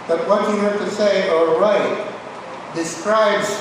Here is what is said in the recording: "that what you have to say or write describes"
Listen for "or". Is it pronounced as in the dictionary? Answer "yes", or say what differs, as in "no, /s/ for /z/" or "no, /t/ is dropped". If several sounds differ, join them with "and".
no, /l/ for /ɹ/